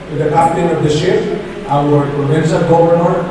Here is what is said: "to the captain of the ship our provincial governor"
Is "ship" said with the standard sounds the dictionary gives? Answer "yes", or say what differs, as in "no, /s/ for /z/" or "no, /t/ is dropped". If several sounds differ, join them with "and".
no, /f/ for /p/